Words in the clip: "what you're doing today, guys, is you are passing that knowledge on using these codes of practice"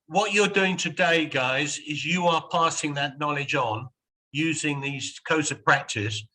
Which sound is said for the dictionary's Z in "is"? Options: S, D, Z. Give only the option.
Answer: Z